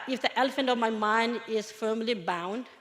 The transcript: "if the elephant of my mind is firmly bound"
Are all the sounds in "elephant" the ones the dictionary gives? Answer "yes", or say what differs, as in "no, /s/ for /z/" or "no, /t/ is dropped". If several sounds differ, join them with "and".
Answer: yes